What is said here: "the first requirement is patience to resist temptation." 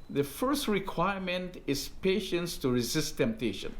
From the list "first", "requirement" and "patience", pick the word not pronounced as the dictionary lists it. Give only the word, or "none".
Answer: none